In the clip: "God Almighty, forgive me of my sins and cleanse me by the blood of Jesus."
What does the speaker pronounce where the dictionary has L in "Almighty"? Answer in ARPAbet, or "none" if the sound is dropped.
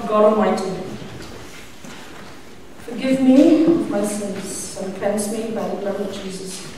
none